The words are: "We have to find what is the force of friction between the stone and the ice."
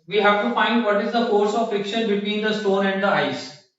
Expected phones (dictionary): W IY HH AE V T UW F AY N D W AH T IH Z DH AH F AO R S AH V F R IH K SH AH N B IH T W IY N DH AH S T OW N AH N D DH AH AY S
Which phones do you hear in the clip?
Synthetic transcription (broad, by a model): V IY HH AE V T UW F AY N D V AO T IH Z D AH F AO R S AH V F IH K SH AH N B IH T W IY N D AH S T OW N AH N D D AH AY S